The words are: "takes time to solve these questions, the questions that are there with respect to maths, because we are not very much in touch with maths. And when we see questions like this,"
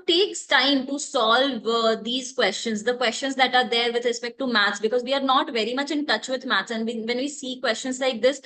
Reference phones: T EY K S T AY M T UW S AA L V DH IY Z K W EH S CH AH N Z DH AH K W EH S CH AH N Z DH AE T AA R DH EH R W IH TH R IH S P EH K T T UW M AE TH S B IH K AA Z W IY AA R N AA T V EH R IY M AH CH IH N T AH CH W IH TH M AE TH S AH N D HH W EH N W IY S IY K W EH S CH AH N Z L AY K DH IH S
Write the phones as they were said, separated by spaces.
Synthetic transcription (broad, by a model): T EY K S T AY M T UW S AA L V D IY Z K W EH S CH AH N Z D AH K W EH S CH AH N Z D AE T AA R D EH R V IH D R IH S P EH K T T UW M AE T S B IH K AA Z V IY AA R N AA T V EH R IY M AH CH IH N T AH CH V IH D M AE T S AH N D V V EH N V IY S IY K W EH S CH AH N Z L AY K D IH S